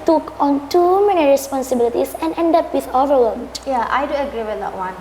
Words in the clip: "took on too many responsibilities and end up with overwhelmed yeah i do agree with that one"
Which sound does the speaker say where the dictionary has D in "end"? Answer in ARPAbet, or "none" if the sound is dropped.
D